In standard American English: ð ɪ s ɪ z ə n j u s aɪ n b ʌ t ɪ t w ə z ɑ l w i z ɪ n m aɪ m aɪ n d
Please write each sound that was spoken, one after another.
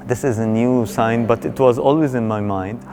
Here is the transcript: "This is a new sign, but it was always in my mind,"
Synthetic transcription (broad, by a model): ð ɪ s ɪ z ə n j u s aɪ n b ʌ t ɪ t w ə z ɑ l w i z ɪ n m aɪ m aɪ n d